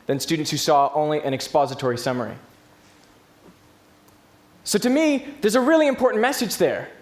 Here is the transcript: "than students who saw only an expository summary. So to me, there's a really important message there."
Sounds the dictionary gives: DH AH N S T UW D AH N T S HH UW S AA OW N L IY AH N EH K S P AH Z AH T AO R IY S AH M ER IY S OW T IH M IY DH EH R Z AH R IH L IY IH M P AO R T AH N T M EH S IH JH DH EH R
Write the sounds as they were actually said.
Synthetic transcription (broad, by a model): DH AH N S T UW D N T S HH UW S AA OW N L IY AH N EH K S P AH Z AH T AO R IY S AH M ER IY S OW T IH M IY DH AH R Z AH R IH L IY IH M P AO R T N M EH S IH JH DH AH R